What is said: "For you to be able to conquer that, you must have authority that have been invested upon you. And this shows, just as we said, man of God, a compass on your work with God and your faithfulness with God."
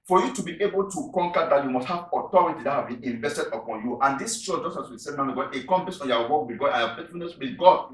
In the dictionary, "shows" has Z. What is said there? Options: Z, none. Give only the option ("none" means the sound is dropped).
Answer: none